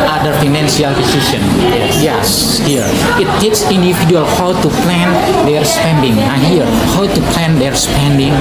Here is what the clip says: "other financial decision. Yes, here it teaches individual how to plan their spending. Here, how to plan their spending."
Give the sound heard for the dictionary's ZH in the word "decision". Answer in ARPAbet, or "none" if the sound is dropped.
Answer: S